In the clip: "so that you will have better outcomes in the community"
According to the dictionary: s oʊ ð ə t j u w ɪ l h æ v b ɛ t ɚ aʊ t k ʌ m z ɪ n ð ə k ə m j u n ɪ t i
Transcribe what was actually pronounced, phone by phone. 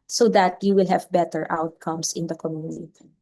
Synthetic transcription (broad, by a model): s oʊ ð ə t j u w ɪ l h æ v b ɛ t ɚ aʊ t k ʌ m s ɪ n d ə k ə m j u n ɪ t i